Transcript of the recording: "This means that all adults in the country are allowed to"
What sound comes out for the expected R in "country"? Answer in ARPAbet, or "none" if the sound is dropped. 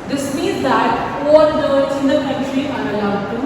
R